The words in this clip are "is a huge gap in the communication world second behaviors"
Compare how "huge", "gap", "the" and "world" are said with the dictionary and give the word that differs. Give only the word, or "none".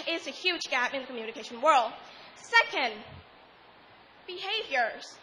none